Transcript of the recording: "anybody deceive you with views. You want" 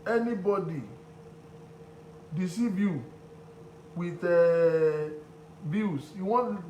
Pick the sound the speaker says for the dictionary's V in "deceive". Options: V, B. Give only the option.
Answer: B